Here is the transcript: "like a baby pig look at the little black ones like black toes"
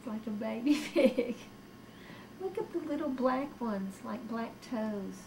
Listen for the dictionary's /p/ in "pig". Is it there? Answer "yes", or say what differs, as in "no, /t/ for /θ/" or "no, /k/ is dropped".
no, /f/ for /p/